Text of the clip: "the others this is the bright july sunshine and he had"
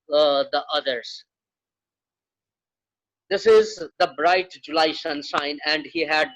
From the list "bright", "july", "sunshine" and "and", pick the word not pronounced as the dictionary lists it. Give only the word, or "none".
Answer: sunshine